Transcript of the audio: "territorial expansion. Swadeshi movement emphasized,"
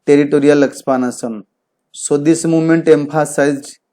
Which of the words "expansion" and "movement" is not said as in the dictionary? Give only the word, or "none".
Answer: expansion